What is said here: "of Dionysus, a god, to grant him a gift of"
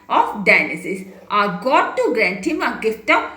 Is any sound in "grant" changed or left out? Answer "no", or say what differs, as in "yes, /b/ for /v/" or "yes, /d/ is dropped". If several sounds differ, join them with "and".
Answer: no